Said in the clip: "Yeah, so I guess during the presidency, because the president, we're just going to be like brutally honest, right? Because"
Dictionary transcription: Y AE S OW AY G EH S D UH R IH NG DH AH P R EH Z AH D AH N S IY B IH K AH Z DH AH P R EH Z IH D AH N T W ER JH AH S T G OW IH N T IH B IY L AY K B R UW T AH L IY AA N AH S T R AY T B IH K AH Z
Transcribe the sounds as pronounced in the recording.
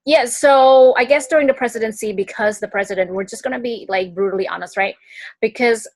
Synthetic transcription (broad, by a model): Y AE S OW AY G EH S D UH R IH NG DH AH P R EH Z AH D AH N S IY B IH K AH Z DH AH P R EH Z IH D AH N T W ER JH AH S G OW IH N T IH B IY L AY K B R UW T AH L IY AA N AH S T R AY T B IH K AH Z